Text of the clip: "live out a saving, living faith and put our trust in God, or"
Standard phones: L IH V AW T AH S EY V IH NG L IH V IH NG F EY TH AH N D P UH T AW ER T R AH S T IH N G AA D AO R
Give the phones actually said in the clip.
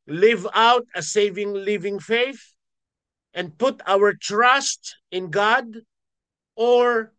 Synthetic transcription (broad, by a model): L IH V AW T AH S EY V IH NG L IH V IH NG F EY TH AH N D P UH T AW ER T R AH S T IH N G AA D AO R